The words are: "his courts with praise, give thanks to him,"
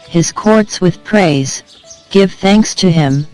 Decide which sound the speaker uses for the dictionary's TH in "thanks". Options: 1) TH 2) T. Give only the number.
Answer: 1